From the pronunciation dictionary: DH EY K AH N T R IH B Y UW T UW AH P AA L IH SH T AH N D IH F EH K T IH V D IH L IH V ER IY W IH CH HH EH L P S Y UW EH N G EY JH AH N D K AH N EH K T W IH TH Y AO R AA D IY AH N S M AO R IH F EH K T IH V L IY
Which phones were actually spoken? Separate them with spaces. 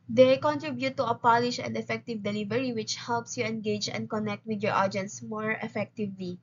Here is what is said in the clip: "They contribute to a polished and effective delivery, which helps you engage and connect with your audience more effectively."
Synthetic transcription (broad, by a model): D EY K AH N T R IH B Y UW T UW AH P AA L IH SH AH N D IH F EH K T IH V D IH L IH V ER IY W IH CH HH EH L P S Y UW EH N G EY JH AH N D K AH N EH K T W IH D Y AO R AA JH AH N S M AO R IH F EH K T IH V L IY